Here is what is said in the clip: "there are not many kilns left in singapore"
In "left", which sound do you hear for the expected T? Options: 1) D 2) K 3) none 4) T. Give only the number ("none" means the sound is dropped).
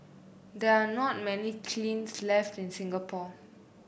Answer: 4